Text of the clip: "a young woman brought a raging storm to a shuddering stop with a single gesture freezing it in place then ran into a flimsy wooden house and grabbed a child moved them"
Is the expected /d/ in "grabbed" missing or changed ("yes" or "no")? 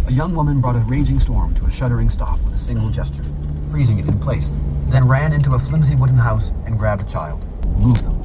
no